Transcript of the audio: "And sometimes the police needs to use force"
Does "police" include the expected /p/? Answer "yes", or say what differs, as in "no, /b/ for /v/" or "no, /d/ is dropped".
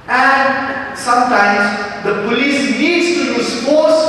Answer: yes